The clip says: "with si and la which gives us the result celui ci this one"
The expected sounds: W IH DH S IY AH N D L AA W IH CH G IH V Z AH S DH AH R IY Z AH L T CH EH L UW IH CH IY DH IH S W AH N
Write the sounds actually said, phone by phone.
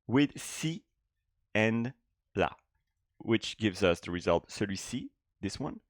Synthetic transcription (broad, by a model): W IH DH S IY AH N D L AA W IH CH G IH V Z AH S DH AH R IY Z AH L T S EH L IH S IY DH IH S W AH N